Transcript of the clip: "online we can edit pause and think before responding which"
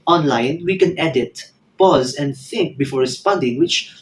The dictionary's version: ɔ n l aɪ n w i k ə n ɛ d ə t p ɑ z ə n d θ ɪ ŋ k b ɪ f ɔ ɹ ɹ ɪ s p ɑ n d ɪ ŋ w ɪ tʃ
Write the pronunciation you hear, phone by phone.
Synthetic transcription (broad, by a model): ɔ n l aɪ n w i k ə n ɛ d ə t p ɑ z ə n d θ ɪ ŋ k b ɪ f ɔ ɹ ɹ ɪ s p ɑ n d ɪ ŋ w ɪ tʃ